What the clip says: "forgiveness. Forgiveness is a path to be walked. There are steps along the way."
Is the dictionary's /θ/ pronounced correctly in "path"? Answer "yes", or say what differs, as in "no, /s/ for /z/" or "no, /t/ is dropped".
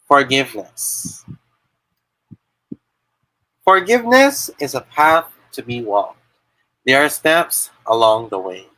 yes